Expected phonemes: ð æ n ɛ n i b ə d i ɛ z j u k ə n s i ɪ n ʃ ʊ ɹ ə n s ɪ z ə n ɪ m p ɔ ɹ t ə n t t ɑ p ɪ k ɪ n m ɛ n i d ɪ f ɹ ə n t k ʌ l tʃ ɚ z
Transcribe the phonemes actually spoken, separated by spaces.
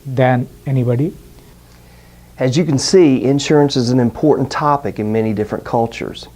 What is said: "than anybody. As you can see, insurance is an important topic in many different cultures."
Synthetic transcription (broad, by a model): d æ n ɛ n i b ə d i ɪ z j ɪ k n s i ɪ n ʃ ʊ ɹ ə n s ɪ z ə n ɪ m p ɔ ɹ t n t t ɑ p ɪ k ɪ n m ɛ n i d ɪ f ɹ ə n k ʌ l tʃ ɚ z